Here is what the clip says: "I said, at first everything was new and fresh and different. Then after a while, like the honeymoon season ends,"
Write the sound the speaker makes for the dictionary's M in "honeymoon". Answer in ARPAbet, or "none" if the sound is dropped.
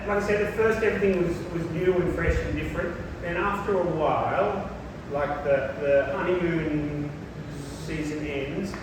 none